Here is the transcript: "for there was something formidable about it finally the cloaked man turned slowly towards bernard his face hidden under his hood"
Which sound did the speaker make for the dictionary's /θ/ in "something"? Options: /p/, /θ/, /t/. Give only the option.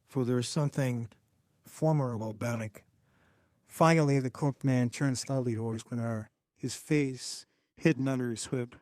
/θ/